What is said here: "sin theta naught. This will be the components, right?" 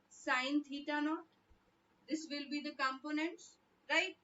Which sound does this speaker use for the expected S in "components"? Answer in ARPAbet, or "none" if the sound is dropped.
S